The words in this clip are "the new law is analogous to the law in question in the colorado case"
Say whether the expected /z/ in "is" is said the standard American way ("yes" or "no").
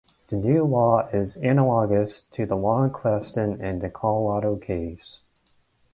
yes